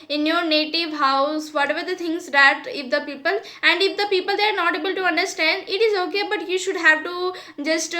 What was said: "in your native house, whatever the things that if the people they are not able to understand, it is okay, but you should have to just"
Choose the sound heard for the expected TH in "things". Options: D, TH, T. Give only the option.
T